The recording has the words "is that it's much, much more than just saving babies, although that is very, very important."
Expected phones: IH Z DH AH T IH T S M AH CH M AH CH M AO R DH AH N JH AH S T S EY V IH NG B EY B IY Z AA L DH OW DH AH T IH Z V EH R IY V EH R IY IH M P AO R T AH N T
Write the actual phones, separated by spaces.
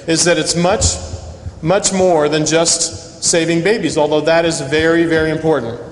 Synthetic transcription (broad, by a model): IH Z DH AH T IH T S M AH CH M AH CH M AO R DH AH N JH AH S T S EY V IH NG B EY B IY Z AA L DH OW DH AH T IH Z V EH R IY V EH R IY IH M P AO R T N T